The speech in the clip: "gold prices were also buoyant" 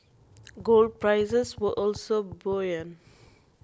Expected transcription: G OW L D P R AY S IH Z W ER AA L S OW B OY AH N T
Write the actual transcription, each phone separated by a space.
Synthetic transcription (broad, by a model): G OW L D P R AY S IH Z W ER AA L S OW B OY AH N